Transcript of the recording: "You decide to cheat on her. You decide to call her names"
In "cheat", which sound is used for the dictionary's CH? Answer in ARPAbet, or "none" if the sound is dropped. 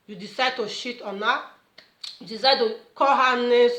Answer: SH